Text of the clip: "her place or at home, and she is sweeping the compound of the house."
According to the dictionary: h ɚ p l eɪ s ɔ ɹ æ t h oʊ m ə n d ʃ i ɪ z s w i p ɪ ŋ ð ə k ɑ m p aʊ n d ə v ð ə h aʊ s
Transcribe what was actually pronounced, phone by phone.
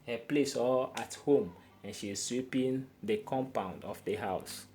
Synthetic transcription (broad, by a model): h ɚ p l eɪ s ɔ l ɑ t h oʊ m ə n ʃ i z s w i p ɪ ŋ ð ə k ɑ m p aʊ n d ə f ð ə h aʊ s